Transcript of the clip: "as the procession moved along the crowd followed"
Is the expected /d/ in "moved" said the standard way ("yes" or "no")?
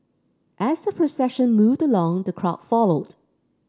yes